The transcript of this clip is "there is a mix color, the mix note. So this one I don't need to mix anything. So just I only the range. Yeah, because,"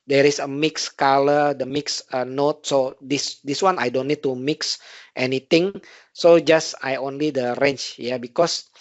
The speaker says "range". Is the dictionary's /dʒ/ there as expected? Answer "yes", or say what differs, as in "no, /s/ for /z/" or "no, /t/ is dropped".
no, /tʃ/ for /dʒ/